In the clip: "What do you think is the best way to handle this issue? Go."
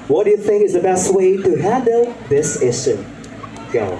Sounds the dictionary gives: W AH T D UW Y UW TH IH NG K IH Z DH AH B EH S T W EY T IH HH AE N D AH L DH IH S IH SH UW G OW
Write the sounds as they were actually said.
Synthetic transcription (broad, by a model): W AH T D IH Y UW TH IH NG K IH Z DH AH B EH S T W EY T IH HH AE N D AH L DH IH S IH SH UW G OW